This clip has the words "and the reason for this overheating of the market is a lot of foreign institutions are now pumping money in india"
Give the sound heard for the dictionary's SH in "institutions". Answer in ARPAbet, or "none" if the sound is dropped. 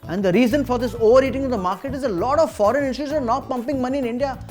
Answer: none